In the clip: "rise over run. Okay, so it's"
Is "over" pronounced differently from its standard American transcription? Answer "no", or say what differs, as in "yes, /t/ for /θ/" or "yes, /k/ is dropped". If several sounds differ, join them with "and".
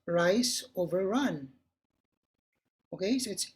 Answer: no